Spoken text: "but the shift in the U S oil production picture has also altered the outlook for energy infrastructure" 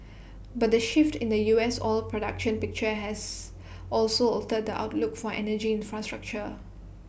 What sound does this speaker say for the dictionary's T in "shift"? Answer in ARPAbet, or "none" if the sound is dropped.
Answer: T